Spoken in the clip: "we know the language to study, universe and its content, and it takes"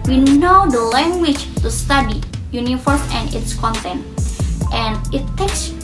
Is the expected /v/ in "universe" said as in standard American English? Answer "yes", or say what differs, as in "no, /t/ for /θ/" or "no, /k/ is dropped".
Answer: no, /f/ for /v/